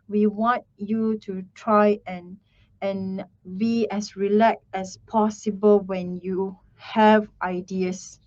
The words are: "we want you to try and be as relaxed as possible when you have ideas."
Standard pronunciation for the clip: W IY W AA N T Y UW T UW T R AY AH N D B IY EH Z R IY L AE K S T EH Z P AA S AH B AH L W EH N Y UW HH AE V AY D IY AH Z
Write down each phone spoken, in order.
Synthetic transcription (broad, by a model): W IY W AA N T Y UW T UW T R AY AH N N B IY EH S R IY L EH K T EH S P AA S AH B AH L W EH N Y UW HH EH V AY D IY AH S